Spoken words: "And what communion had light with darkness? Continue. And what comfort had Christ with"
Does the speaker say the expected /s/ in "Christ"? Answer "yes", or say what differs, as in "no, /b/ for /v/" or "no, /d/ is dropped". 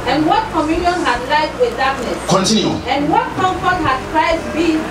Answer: no, /s/ is dropped